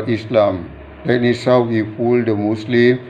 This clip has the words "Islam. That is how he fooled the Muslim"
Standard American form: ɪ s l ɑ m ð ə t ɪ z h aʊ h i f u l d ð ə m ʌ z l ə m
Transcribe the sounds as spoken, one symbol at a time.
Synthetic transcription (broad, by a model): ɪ s l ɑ m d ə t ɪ s h aʊ h i f u l d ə m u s l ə m